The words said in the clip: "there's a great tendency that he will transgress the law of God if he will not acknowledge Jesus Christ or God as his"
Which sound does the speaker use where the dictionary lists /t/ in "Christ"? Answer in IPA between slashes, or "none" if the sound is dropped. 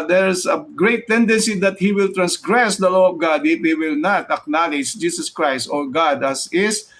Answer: /t/